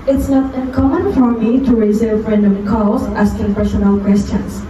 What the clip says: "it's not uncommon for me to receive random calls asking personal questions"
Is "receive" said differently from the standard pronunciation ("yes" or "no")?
yes